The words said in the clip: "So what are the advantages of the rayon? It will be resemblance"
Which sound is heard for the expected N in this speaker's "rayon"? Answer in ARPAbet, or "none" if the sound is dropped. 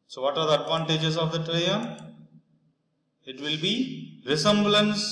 none